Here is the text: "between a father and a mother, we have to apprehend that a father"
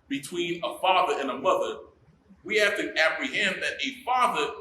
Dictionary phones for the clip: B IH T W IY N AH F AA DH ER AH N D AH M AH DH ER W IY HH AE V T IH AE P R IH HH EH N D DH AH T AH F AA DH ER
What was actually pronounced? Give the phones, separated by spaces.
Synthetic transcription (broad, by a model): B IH T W IY N AH F AA DH ER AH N AH M AH DH ER W IY HH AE F T IH AE P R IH HH EH N DH AH T AH F AA DH ER